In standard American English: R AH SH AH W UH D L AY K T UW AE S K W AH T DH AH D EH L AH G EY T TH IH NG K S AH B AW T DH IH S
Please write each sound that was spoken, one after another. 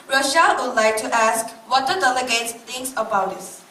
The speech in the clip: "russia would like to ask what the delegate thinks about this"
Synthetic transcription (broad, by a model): R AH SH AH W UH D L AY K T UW AE S K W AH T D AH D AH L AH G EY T T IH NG K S AH B AW T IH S